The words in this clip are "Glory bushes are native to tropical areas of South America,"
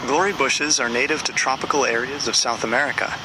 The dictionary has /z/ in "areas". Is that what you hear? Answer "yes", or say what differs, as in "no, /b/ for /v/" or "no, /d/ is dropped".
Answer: yes